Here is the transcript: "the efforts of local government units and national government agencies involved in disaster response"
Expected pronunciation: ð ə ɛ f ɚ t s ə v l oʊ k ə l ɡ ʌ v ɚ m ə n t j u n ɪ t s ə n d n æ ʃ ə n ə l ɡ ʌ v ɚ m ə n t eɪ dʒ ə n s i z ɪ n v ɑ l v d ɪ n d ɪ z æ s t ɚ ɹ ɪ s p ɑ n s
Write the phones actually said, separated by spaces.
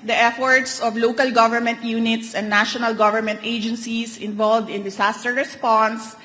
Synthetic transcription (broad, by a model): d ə ɛ f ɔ t s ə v l oʊ k ə l ɡ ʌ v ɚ m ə n t j u n ɪ t s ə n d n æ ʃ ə n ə l ɡ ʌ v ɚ m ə n t eɪ dʒ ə n s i s ɪ n v ɑ l v d ɪ n d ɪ s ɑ s t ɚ ɹ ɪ s p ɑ n s